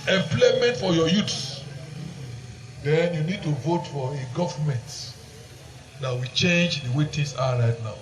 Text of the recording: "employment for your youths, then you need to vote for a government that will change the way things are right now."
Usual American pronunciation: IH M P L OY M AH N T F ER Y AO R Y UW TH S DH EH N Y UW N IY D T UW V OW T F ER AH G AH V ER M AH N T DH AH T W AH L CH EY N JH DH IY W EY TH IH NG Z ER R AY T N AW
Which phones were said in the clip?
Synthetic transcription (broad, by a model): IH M P L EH M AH N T F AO Y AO Y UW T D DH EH N Y UW N IY D T UW V OW T F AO AH G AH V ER M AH N T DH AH T W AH CH EY N JH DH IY W EY T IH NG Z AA R AY T N AW